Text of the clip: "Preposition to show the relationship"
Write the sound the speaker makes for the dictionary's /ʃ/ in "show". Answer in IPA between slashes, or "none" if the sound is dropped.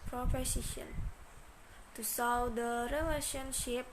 /s/